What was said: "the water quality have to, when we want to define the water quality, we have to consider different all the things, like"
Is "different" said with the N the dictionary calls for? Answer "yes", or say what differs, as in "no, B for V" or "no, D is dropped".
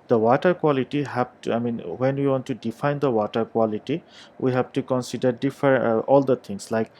no, N is dropped